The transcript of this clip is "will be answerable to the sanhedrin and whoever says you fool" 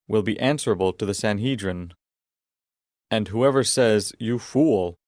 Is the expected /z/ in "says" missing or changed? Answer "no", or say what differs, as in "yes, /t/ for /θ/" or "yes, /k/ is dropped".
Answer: no